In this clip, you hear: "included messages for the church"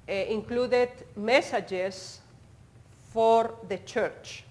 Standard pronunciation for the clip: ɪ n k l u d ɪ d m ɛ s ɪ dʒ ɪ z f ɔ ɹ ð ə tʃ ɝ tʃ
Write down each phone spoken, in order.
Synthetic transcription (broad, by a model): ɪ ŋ k l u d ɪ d m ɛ s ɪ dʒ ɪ s f ɔ ɹ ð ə tʃ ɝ tʃ